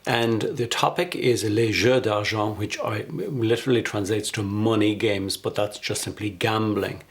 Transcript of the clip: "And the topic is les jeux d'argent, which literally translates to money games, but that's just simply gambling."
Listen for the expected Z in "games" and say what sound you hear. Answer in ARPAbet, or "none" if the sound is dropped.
Z